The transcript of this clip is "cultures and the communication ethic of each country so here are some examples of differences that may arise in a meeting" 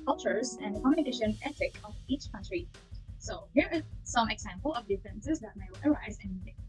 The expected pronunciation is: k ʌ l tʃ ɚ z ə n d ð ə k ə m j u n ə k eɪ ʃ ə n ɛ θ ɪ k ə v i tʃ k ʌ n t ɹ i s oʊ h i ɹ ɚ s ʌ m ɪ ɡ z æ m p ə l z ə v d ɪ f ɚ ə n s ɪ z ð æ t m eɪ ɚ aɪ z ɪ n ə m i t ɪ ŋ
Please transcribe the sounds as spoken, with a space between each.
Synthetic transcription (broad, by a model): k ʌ l tʃ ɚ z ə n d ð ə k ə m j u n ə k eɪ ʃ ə n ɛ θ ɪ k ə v i tʃ k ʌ n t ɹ i s oʊ h i ɹ s ʌ m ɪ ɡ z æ m p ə l ə v d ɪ f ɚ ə n s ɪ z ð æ t m eɪ ɚ aɪ z ɪ n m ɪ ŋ